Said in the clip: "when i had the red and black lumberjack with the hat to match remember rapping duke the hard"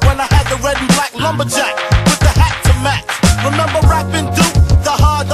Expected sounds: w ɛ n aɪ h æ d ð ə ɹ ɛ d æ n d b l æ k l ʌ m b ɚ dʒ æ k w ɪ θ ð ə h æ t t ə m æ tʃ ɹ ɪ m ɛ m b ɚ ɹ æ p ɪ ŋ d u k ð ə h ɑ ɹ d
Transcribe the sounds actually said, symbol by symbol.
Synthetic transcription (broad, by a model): w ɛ n aɪ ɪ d ð ə ɹ ɛ d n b l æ k l ʌ m b ɚ dʒ æ k w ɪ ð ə h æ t t ə m æ tʃ ɹ ɪ m ɛ m b ɚ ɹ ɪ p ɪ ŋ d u ð ə h ɑ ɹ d